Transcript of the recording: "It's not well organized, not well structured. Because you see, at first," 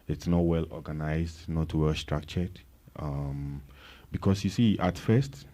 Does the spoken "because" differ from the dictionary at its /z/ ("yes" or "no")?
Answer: yes